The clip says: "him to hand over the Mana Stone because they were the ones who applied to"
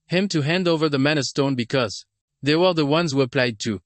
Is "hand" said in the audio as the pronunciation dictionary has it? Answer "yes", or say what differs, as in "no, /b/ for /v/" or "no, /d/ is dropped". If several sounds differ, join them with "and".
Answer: yes